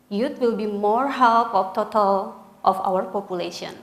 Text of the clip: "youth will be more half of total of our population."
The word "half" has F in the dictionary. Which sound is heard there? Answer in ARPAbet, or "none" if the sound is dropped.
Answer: P